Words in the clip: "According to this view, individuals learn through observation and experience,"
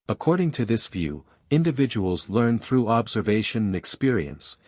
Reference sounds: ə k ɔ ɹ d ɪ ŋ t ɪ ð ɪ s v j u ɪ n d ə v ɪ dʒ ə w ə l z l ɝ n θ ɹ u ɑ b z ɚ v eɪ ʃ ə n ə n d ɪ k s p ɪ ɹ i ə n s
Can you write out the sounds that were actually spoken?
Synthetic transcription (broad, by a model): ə k ɔ ɹ d ɪ ŋ t ɪ ð ɪ s v j u ɪ n d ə v ɪ dʒ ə w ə l z l ɝ n θ ɹ u ɑ b z ɚ v eɪ ʃ ə n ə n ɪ k s p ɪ ɹ i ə n s